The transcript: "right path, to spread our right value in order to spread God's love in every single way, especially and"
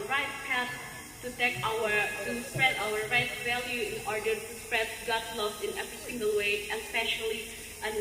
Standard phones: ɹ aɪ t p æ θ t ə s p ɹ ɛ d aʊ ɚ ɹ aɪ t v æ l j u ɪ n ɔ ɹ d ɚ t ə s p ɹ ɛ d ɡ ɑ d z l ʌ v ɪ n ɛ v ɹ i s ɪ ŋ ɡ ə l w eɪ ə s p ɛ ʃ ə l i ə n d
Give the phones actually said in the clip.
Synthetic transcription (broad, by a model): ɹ aɪ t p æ t t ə s p ɹ ɛ d aʊ ɚ ɹ aɪ t v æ l j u ɪ n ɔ ɹ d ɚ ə s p ɹ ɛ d ɡ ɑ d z l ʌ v ɪ n ɛ v ɹ i s ɪ ŋ ɡ ə l w eɪ ə s p ɛ ʃ ə l i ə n